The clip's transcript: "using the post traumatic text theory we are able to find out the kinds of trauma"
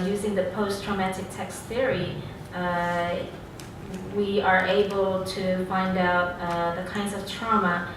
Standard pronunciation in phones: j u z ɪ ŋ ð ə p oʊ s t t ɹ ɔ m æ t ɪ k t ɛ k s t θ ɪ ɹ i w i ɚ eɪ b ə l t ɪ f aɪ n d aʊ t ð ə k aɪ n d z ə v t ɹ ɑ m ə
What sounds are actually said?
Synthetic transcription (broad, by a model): j u z ɪ ŋ ð ə p oʊ s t t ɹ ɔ m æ t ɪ k t ɛ k s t θ ɪ ɹ i w i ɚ eɪ b ə l t ɪ f aɪ n d aʊ t ð ə k aɪ n d z ə v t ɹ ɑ m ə